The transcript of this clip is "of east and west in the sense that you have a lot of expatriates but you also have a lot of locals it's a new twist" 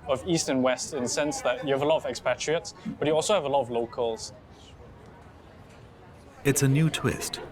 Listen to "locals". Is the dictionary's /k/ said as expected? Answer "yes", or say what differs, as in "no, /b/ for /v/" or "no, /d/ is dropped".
yes